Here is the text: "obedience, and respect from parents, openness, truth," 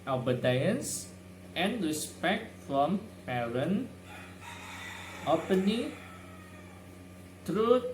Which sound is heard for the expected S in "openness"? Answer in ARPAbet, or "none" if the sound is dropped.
none